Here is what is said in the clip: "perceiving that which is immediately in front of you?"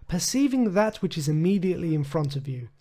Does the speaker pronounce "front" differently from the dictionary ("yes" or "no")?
no